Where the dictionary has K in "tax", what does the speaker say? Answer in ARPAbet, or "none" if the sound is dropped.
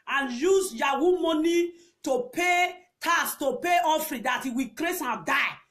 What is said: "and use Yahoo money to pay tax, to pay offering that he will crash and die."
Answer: none